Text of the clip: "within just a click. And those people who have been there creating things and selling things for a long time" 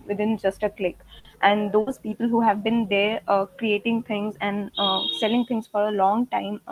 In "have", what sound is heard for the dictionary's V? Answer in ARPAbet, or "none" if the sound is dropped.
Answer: V